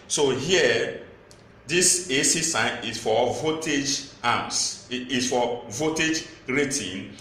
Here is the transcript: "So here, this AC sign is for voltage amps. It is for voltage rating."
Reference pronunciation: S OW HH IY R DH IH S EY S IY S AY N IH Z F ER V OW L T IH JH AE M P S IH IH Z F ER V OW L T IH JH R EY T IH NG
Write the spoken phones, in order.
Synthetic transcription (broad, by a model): S OW HH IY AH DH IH S EY S IY S AY N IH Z F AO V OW T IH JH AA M S IH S F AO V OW T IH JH R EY T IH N